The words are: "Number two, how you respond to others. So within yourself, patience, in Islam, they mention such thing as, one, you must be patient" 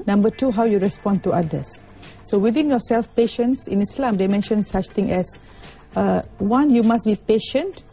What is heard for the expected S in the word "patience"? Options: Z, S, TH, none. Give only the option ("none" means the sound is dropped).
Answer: S